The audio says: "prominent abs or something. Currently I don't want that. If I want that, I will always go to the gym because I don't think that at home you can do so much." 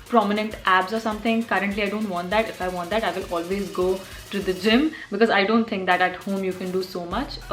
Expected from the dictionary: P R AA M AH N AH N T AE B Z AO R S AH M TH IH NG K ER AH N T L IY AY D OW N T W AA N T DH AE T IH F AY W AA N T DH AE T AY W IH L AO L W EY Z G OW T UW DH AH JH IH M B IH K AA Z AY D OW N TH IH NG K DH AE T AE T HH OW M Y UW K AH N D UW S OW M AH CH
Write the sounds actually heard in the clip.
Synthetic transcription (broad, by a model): P R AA M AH N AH N T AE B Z AO R S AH M T IH NG K ER AH N T L IY AY D OW N T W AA N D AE T IH F AY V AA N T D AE T AY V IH L AO L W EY Z G OW T UW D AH JH IH M B IH K AA Z AY D OW N T IH NG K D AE T AE T HH OW M Y UW K AH N D UW S OW M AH CH